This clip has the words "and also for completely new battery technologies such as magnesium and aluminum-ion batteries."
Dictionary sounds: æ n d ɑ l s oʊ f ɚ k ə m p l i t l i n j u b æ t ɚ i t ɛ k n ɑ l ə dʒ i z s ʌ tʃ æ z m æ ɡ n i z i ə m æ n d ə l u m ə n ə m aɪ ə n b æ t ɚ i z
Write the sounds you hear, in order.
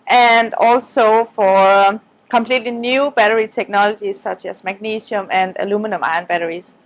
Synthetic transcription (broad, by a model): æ n d ɑ l s oʊ f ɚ k ə m p l i t l i n j u b æ t ɚ i t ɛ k n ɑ l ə dʒ i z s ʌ tʃ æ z m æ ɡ n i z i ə m æ n d ə l u m ə n ə m aɪ ə n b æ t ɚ i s